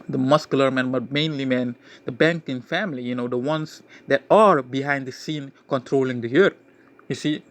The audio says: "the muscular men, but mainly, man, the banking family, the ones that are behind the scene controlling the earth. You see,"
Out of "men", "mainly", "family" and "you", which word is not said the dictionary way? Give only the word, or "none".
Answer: family